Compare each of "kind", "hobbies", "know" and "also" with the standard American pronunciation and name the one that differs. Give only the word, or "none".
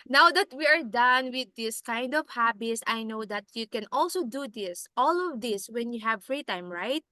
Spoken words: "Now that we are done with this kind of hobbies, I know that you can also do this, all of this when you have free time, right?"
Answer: hobbies